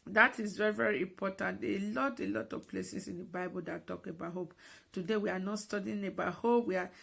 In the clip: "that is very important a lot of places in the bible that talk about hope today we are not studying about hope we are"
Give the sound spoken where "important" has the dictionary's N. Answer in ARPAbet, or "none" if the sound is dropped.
L